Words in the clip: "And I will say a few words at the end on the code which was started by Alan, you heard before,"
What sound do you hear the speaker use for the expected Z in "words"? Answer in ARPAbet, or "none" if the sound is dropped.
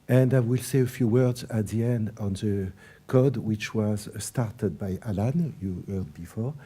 Z